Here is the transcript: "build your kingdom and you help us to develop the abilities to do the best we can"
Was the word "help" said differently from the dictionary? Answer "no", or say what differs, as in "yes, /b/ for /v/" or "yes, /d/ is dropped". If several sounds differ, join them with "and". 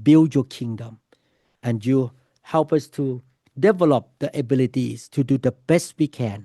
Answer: no